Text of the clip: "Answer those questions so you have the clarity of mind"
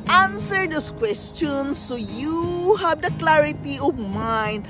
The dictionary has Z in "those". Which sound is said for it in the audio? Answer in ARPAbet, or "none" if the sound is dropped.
S